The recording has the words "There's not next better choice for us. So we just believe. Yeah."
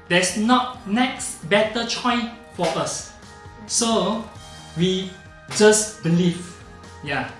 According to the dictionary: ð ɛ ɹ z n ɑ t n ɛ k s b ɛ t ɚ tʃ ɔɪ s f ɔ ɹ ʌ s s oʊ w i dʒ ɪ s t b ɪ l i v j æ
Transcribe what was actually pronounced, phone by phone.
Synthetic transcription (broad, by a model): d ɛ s n ɑ t n ɛ k s b ɛ t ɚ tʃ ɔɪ f ɔ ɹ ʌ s s oʊ w i dʒ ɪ s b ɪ l i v j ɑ